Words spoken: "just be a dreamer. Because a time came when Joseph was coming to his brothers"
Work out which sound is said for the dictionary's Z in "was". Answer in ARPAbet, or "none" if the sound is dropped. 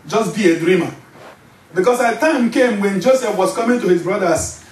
S